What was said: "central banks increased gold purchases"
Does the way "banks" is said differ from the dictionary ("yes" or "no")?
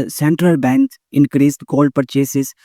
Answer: yes